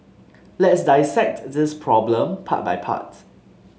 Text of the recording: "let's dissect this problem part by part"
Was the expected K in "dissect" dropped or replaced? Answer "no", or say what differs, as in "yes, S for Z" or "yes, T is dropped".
no